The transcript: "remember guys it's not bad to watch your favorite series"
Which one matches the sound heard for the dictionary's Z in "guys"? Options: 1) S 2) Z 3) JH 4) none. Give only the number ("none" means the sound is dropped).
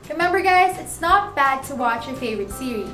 2